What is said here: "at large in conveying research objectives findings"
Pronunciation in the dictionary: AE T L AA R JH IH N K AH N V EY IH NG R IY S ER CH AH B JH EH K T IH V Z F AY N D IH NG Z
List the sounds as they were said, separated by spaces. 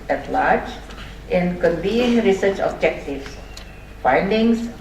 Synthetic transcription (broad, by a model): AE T L AA R JH IH N K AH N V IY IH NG R IY S ER CH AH B JH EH K T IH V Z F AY N D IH NG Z